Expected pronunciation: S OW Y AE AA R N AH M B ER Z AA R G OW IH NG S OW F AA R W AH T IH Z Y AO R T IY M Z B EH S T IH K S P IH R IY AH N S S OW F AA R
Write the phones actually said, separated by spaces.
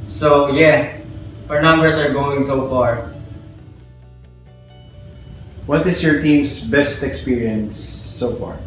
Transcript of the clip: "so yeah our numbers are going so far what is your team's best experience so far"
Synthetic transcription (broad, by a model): S OW Y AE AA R N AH M B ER S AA R G OW IH NG S OW F AA R W AH T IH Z Y AO R T IY M S B EH S T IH K S P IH R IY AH N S S OW F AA R